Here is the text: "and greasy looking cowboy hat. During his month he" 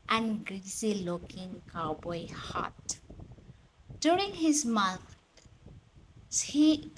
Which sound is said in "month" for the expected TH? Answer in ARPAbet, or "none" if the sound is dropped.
S